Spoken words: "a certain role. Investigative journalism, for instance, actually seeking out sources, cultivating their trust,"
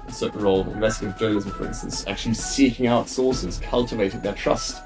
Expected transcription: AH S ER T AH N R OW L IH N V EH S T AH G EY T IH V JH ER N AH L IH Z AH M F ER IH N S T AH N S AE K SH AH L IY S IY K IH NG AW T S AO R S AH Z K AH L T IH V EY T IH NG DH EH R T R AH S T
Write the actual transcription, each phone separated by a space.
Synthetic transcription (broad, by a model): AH S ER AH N R OW L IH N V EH S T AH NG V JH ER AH IH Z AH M F ER IH N S T AH N S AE K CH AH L IY S IY K IH NG AW T S AO S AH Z K AH L T IH V EY T IH NG DH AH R T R AH S T